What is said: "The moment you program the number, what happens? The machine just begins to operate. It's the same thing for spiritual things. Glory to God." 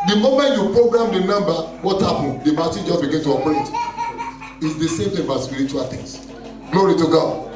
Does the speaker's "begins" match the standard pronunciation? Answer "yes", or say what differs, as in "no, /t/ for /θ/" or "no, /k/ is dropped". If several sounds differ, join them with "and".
no, /z/ is dropped